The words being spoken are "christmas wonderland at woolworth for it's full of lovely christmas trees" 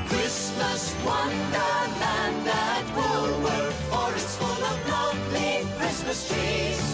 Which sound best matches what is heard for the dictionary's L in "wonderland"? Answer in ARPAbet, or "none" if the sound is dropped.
none